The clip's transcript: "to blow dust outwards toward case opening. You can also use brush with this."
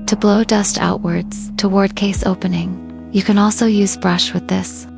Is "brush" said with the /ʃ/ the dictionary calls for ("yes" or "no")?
yes